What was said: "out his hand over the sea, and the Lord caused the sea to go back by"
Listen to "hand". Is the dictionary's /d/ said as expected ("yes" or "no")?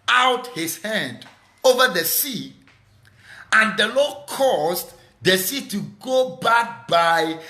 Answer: yes